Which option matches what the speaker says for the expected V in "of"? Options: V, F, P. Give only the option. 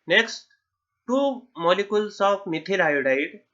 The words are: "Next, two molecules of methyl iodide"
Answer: P